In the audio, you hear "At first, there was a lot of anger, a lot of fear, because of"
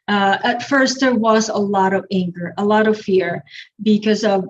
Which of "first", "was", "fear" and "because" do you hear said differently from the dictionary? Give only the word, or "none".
none